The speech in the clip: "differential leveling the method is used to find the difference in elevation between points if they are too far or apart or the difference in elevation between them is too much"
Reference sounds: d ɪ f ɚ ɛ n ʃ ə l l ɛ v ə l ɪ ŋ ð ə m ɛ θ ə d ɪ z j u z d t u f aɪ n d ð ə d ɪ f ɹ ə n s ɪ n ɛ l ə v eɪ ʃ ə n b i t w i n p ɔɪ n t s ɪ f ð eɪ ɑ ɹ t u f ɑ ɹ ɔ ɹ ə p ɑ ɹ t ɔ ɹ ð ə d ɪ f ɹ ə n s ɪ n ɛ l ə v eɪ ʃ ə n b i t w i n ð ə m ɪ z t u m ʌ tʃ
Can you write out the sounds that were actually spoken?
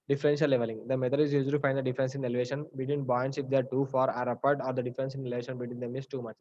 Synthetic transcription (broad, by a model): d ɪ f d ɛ n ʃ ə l l ɛ v ə l ɪ ŋ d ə m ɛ t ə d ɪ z j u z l t u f aɪ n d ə d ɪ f ɹ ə n s ɪ n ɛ l v eɪ ʃ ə n b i t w i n b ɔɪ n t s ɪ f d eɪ ɑ ɹ t u f ɑ ɹ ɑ ɹ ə p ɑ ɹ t ɔ ɹ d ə d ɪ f ɹ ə n s ɪ n ɛ l ə v eɪ ʃ ə n b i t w i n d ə m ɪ s t u m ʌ tʃ